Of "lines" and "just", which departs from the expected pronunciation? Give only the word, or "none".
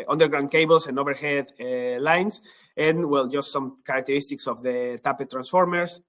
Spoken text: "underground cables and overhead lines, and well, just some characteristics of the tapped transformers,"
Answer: lines